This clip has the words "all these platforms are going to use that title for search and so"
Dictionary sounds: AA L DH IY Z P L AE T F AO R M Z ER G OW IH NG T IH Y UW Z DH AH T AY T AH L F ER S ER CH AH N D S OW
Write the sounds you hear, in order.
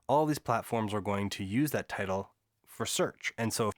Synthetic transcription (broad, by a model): AA L DH IY Z P L AE T F AO R M Z ER G OW IH NG T IH Y UW Z DH AH T AY T L F ER S ER CH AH N S OW